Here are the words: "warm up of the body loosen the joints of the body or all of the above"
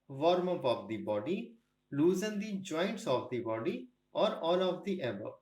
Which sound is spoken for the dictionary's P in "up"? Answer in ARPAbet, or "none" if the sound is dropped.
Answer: B